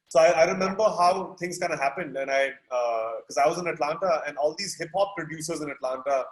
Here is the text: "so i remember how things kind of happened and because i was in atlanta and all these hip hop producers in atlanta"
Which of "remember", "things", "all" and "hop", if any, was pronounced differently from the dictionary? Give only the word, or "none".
things